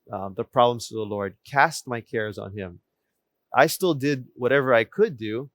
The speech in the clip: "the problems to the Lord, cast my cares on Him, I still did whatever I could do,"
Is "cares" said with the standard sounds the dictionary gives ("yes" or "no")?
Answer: yes